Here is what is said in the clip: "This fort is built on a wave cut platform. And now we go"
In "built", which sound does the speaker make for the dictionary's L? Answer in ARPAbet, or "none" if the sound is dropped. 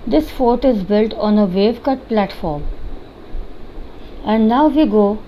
L